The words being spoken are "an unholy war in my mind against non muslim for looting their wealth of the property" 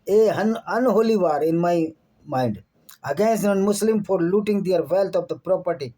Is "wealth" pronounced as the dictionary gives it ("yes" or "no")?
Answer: no